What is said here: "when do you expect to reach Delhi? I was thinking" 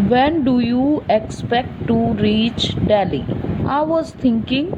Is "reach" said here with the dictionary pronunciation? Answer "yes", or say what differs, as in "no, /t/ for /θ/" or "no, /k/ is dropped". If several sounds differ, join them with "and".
yes